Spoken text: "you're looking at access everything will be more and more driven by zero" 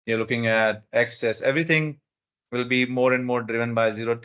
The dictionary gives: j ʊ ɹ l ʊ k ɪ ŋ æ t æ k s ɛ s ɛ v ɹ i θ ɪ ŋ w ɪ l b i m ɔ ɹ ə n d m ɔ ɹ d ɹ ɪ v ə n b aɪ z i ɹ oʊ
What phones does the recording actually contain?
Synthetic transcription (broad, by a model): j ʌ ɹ l ʊ k ɪ ŋ æ t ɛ k s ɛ s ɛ v ɹ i t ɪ ŋ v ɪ l b i m ɔ ɹ ə n d m ɔ ɹ d ɹ ɪ v ə n b aɪ z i ɹ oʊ